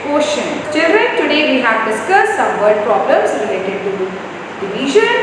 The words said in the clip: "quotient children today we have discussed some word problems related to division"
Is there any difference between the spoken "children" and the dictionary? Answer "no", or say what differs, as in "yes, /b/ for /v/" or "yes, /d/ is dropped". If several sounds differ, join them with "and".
yes, /l/ is dropped